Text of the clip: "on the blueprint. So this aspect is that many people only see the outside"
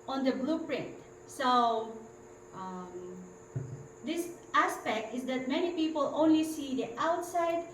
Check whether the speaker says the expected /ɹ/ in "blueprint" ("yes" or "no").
yes